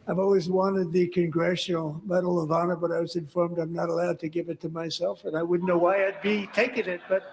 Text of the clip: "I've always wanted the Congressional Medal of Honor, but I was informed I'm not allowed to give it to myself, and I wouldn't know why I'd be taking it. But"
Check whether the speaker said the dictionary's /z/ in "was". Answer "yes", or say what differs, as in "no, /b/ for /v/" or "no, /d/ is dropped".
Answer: yes